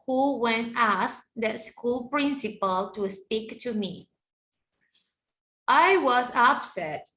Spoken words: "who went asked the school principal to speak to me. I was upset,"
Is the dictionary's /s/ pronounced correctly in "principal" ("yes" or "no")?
yes